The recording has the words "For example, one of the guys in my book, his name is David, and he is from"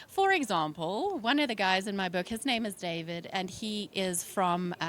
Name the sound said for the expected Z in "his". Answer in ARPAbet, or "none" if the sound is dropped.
Z